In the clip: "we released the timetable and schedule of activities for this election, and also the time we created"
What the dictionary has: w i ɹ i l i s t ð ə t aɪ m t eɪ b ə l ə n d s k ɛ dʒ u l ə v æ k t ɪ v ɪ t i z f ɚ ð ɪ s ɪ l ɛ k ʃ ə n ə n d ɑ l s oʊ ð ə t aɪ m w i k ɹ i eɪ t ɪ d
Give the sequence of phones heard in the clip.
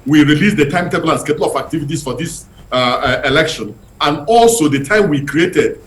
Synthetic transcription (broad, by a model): w i ɹ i l i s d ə t aɪ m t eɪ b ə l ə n s k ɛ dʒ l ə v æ k t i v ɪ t i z f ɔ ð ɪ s ɪ l ɛ k ʃ ə n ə n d ɑ l s oʊ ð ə t aɪ m w i k ɹ i eɪ t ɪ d